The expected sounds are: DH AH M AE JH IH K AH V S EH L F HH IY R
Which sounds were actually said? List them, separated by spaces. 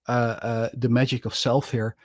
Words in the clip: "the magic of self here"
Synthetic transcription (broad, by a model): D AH M AE JH IH K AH F S EH L F HH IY R